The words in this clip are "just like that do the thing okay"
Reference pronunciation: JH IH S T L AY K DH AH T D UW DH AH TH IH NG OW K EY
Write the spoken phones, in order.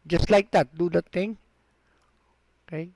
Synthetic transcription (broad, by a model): JH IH S T L AY K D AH T D UW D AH T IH NG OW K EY